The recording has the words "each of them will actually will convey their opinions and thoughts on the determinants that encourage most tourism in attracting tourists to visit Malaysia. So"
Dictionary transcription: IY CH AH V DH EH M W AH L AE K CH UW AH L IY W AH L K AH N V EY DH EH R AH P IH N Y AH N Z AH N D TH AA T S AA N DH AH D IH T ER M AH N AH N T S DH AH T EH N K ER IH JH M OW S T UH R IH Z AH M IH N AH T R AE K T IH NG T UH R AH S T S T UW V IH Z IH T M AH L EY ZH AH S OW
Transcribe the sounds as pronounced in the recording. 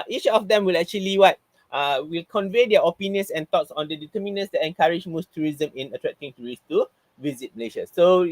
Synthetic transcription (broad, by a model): IY CH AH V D EH M W AH L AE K CH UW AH L IY W AH L K AH N V EY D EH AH P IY N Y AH N S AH N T AA T S AA N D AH D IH T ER M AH N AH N S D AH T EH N K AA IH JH M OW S T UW R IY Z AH M IH N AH T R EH K T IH NG T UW R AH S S T UW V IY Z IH T M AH L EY SH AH S OW